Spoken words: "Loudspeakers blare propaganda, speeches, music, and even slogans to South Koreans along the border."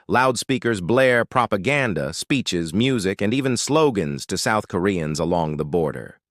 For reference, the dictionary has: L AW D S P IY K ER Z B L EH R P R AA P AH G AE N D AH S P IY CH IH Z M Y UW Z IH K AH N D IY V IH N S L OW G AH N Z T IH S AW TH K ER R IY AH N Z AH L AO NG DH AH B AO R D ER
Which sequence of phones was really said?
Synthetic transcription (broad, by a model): L AW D S P IY K ER Z B L EH R P R AA P AH G AE N D AH S P IY CH IH Z M Y UW Z IH K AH N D IY V IH N S L OW G AH N Z T IH S AW TH K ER R IY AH N Z AH L AO NG DH AH B AO R D ER